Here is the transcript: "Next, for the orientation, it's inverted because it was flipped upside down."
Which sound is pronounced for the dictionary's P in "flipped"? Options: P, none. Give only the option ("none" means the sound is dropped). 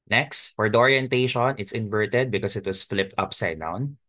P